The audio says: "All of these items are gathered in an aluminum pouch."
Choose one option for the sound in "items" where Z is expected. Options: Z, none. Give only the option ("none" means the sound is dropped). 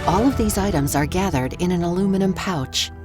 Z